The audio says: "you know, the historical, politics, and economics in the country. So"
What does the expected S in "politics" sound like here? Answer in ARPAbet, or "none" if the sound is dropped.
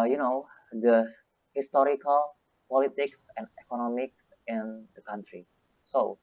S